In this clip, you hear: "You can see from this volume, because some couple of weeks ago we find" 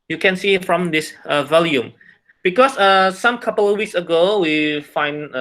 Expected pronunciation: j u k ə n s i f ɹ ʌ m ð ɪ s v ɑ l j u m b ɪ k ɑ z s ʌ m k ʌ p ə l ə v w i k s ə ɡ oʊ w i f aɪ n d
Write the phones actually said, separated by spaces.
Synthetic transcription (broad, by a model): j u k ə n s i f ɹ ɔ m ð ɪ s v ɑ l j u m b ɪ k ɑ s s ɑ m k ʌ p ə l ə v w i k s ə ɡ oʊ w i f aɪ n